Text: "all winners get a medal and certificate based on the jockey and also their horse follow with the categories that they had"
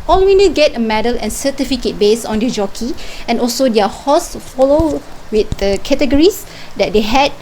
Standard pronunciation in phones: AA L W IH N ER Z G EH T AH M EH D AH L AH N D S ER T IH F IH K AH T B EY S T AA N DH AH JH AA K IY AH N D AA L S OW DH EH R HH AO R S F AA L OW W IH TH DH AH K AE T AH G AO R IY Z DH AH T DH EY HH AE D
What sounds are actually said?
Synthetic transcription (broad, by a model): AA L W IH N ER G EH T AH M EH D AH L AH N S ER T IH F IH K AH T B EY S AA N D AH JH AA K IY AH N AA L S OW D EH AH HH AO S F AA L OW W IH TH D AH K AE T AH G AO R IY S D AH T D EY HH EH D